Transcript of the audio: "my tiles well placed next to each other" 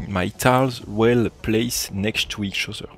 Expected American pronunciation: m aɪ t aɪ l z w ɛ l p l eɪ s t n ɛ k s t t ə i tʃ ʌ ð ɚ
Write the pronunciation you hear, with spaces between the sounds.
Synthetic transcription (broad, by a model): m aɪ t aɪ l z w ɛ l p l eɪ s n ɛ k s t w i ʃ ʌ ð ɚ